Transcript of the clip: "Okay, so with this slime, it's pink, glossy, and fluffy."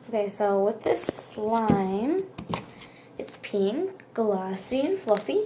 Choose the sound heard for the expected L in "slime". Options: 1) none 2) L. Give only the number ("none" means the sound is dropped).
2